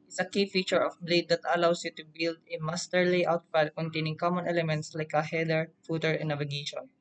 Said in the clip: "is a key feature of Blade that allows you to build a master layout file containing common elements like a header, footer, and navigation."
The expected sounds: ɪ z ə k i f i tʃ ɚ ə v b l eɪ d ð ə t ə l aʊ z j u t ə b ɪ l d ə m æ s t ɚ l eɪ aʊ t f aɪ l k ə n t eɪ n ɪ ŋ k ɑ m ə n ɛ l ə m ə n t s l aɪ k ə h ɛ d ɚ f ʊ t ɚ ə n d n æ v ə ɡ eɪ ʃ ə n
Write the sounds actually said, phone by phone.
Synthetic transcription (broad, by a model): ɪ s ə k i f i tʃ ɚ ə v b l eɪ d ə t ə l aʊ s j u t ə b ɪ l d ə m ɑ s t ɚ l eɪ aʊ t p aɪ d k ə n t eɪ n ɪ ŋ k ɑ m ə n ɛ l ə m ə n t s l aɪ k ə h ɛ d ɚ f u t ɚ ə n n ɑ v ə ɡ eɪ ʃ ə n